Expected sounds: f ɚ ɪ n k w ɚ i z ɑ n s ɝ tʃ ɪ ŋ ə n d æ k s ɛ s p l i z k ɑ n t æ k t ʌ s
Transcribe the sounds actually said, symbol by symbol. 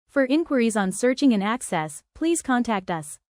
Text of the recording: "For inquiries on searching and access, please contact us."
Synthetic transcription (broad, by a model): f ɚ ɪ n k w ɚ i z n s ɝ tʃ ɪ ŋ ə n æ k s ɛ s p l i z k ɑ n t æ k t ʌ s